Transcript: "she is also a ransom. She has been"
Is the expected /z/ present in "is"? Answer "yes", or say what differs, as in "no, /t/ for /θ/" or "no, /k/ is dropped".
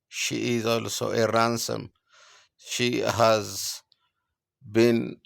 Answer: yes